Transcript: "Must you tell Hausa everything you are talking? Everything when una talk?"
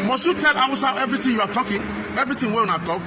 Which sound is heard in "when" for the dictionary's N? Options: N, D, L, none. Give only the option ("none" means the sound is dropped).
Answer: none